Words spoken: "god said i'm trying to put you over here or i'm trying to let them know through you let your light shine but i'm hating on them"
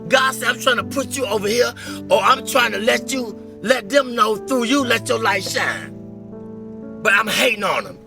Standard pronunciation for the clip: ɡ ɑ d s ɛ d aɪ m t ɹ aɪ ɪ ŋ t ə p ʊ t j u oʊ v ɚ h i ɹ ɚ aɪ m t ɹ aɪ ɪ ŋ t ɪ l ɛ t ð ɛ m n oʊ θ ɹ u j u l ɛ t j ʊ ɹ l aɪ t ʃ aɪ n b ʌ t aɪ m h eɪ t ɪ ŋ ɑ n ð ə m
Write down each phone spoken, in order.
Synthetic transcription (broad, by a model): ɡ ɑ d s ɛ aɪ m t ɹ aɪ ɪ ŋ t ə p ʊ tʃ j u oʊ v ɚ h i ɹ ɚ aɪ m t ɹ aɪ ɪ ŋ t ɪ l ɛ t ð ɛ m n oʊ θ ɹ u j u l ɛ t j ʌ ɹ l aɪ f ʃ aɪ n b ʌ t aɪ m h eɪ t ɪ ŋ ɑ n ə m